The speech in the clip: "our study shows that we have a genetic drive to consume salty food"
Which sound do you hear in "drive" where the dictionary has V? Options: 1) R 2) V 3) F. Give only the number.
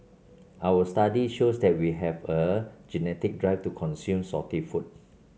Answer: 3